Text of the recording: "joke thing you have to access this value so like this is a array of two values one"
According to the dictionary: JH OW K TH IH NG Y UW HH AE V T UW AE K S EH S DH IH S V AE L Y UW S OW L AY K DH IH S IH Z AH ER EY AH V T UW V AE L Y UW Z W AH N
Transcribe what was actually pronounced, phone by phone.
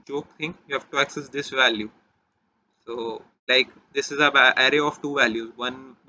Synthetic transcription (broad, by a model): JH OW K T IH NG Y UW HH AE V T UW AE K S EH S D IH S V AE L Y UW S OW L AY K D IH S IH Z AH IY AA AH V T UW V AE L Y UW Z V AH N